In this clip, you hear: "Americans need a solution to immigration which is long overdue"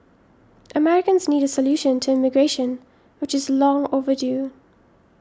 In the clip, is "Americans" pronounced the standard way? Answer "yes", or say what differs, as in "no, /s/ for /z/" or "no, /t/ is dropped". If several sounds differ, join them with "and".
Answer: yes